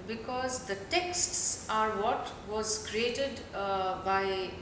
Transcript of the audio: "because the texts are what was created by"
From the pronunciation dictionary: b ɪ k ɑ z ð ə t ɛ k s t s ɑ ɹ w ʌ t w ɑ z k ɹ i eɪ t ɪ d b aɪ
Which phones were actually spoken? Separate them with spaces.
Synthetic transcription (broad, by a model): b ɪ k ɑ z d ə t ɛ k s t s ɑ ɹ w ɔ t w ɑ z k ɹ i eɪ t ɪ d b aɪ